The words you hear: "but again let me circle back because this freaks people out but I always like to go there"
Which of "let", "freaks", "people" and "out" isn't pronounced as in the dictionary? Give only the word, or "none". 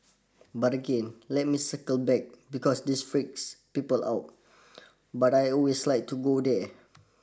none